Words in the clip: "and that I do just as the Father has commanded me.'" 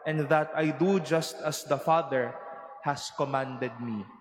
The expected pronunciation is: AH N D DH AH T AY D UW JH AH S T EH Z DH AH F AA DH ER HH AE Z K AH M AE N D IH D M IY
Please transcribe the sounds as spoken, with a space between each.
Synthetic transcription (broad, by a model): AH N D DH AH T AY D UW JH AH S T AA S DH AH F AA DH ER HH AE S K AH M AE N D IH D M IY